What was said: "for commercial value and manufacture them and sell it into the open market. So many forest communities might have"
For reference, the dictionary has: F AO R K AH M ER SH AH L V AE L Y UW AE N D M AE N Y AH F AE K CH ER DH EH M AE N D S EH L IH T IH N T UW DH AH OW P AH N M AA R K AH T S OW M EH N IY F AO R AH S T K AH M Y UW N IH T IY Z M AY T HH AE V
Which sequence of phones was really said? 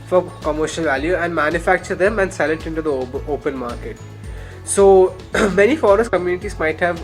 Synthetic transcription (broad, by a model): F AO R K AH M ER SH AH L V AE L Y UW AE N D M AE N Y AH F AE K CH ER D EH M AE N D S EH L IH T IH N T UW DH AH OW P AH N M AA R K AH T S OW M EH N IY F AO R AH S T K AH M Y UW N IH T IY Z M AY T HH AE V